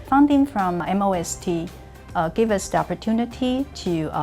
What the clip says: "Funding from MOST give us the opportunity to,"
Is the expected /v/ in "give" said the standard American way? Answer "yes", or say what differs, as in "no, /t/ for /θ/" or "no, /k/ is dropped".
yes